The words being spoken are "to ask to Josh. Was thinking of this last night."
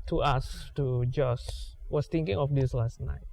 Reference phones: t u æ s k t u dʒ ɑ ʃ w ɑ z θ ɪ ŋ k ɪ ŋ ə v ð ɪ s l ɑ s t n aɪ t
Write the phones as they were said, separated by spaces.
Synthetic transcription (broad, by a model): t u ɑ s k t u dʒ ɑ s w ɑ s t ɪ ŋ k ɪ ŋ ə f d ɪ s l ɑ s t n aɪ t